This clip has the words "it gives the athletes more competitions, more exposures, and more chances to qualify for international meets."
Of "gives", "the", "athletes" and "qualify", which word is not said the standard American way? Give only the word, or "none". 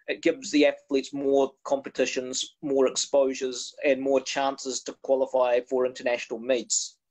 none